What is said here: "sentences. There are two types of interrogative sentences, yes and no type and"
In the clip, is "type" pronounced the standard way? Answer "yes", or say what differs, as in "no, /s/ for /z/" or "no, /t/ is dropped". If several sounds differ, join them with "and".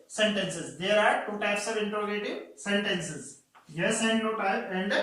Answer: no, /p/ is dropped